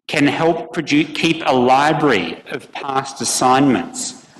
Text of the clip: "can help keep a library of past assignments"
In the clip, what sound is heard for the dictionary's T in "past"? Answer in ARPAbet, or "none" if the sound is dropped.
T